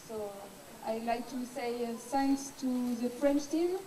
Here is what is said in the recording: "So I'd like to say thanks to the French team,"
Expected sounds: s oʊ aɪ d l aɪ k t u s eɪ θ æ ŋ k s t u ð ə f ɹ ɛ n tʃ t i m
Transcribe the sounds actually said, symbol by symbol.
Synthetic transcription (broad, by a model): s oʊ aɪ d l aɪ k t u s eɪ s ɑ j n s t u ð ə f ɹ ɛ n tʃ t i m